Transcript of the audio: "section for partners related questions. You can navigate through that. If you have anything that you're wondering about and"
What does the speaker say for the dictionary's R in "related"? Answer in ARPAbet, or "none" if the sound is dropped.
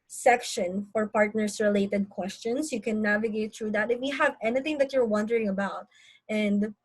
R